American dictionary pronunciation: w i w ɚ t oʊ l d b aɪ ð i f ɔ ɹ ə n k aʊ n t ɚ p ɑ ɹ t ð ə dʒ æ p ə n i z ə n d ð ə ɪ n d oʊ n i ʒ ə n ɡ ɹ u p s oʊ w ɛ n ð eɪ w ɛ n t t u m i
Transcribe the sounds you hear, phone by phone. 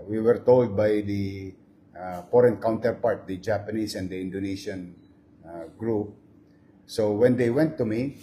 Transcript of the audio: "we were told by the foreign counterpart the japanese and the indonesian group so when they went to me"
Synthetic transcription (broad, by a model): w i w ɚ t oʊ l d b aɪ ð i f ɔ ɹ ə n k aʊ n t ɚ p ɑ ɹ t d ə dʒ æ p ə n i s ə n d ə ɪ n d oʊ n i ʃ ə n ɡ ɹ u p s oʊ w ɛ n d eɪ w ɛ n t t u m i